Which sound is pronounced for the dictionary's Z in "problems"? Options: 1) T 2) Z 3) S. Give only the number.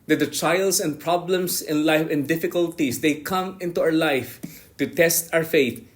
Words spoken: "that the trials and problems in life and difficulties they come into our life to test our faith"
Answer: 3